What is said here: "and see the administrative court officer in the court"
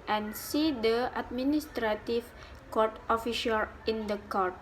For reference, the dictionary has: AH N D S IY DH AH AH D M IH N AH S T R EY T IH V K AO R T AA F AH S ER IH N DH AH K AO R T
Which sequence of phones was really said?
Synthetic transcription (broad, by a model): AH N S IY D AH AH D M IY N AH S T R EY T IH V K AO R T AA F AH SH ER IH N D AH K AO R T